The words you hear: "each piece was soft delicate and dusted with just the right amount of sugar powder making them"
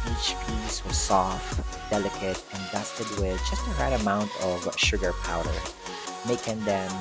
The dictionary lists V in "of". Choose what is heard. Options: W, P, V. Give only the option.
V